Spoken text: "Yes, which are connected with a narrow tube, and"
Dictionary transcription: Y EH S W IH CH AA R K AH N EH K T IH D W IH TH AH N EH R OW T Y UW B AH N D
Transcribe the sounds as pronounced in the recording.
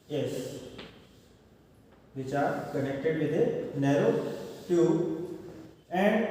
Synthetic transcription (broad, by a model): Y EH S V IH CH AA R K AH N EH K T IH D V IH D AH N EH R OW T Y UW AH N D